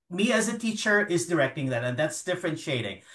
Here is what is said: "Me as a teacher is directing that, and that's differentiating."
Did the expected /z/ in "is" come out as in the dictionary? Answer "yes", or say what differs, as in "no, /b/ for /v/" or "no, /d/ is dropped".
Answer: yes